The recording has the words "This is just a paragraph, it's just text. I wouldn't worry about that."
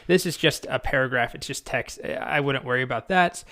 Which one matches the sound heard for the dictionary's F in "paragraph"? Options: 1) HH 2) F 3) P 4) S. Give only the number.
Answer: 2